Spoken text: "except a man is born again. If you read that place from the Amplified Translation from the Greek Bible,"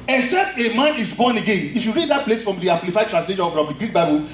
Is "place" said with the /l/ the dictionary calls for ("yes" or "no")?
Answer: yes